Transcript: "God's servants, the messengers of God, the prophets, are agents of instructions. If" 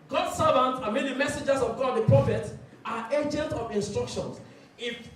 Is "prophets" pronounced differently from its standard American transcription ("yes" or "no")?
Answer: yes